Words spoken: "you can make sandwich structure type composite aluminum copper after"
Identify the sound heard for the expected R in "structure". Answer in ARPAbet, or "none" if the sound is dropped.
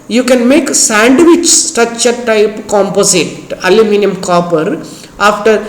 none